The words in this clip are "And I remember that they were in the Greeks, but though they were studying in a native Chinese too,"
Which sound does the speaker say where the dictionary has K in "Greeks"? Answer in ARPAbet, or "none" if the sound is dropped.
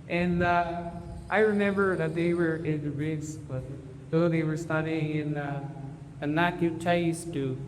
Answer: none